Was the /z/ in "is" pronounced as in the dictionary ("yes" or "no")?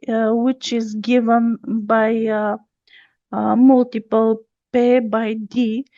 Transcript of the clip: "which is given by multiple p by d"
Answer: yes